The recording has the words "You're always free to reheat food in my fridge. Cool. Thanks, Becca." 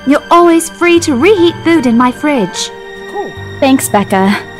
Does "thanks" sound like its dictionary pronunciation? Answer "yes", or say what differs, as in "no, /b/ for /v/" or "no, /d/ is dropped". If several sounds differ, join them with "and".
yes